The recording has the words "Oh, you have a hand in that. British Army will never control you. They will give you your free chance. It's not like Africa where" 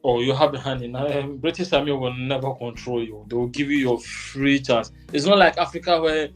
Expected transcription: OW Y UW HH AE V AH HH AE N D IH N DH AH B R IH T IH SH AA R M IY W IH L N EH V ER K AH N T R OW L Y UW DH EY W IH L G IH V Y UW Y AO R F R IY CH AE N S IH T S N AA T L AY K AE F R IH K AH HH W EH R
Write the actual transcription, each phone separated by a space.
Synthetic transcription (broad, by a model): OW Y UW HH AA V AH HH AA N IH N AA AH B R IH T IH S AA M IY W IH L N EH V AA K AH N T R OW L Y UW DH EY W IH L G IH V Y UW Y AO F R IY CH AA N S IH T S N AA T L AY K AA F R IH K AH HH W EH